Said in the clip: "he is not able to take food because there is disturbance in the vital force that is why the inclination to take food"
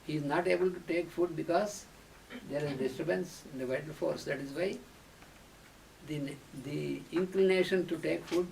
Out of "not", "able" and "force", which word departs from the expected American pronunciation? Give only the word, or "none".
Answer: none